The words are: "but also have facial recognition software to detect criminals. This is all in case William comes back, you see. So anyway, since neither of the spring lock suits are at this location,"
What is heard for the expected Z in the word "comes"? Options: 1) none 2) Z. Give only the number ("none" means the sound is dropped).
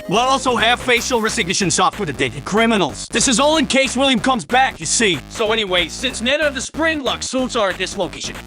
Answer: 2